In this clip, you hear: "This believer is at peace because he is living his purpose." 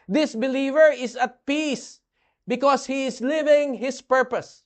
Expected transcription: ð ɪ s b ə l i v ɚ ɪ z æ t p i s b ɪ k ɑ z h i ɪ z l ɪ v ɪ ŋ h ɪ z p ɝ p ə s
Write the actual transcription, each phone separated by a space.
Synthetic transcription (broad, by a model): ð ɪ s b ə l i v ɚ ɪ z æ t p i s b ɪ k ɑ s h i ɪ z l ɪ v ɪ ŋ h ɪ s p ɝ p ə s